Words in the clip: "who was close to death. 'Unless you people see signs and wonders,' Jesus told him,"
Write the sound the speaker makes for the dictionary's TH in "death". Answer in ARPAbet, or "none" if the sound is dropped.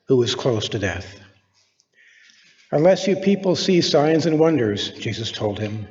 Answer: TH